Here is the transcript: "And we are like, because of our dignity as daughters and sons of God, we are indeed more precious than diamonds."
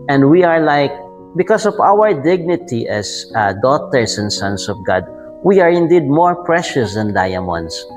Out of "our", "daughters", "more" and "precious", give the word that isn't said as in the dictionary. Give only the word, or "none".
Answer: daughters